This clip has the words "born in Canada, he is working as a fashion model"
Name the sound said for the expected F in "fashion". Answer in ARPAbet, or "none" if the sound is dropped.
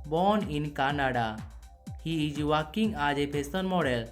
P